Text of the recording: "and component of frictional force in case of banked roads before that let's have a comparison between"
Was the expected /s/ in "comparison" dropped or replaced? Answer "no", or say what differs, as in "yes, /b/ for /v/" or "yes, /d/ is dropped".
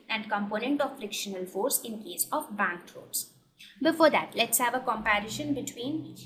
yes, /ʃ/ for /s/